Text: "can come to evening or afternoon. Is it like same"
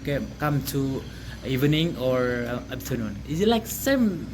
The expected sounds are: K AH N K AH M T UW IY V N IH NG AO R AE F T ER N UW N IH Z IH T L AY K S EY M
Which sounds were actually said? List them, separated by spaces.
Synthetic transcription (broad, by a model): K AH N K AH M T UW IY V N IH NG AO R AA P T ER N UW N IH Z IH T L AY K S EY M